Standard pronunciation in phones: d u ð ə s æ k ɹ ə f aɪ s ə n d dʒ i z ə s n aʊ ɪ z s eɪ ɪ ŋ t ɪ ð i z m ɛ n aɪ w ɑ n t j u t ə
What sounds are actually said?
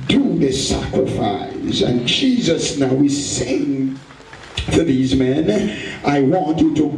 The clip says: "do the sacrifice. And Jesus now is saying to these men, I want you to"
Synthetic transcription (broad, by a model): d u ð ə s æ k ɹ ə f aɪ s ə n dʒ i z ə s n aʊ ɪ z s eɪ ɪ ŋ t ɪ ð i z m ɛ n aɪ w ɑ n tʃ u t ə